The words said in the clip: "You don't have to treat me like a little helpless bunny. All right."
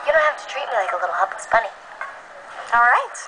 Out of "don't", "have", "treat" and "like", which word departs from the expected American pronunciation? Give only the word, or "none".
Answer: have